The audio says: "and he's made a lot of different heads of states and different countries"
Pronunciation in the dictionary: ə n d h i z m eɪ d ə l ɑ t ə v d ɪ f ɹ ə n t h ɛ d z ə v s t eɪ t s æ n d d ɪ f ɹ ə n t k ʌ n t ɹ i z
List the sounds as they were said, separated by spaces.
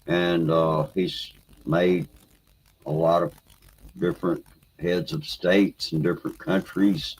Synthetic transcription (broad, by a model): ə n h i z m eɪ d ə l ɑ t ə v d ɪ f ɹ ə n t h ɛ d z ə v s t eɪ t s n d d ɪ f ɹ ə n k ʌ n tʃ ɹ i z